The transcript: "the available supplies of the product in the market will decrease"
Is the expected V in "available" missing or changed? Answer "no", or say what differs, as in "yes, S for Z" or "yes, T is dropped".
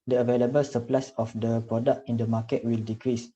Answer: no